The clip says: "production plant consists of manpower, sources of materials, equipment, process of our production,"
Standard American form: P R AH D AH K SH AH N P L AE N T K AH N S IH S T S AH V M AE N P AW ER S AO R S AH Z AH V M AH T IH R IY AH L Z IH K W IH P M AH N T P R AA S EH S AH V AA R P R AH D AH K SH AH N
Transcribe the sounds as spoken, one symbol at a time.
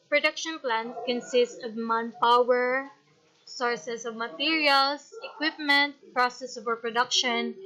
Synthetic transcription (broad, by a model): P R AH D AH K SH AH N P L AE N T K AH N S IH S T S AH V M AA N P AW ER S AO R S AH S AH V M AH T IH R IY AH L S IH K W IH P M AH N T P R AA S EH S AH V AA R P R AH D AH K SH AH N